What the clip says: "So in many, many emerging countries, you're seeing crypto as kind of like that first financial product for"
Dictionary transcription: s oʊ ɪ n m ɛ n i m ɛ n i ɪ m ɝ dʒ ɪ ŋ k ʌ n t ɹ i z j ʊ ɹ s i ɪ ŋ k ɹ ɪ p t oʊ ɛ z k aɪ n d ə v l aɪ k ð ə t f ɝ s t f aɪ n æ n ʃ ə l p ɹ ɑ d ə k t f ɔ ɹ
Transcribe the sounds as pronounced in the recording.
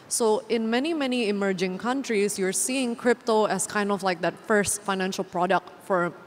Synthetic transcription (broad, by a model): s oʊ ɪ n m ɛ n i m ɛ n i ɪ m ɝ dʒ ɪ ŋ k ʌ n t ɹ i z j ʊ ɹ s i ɪ ŋ k ɹ ɪ p t oʊ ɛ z k aɪ n d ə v l aɪ k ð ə t f ɝ s t f aɪ n æ n ʃ ə l p ɹ ɑ d ə k t f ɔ ɹ